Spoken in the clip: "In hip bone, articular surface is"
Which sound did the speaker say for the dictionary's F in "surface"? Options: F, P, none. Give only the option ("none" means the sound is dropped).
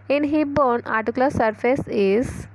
F